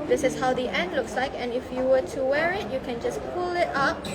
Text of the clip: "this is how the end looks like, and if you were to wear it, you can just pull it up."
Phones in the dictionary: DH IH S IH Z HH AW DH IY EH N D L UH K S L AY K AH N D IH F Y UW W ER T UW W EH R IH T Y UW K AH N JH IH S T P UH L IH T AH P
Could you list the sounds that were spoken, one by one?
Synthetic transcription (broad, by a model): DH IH S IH S HH AW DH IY EH N D L UH K S L AY K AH N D IH F Y UW W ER T UW W EH R IH T Y UW K AH N JH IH S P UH L IH T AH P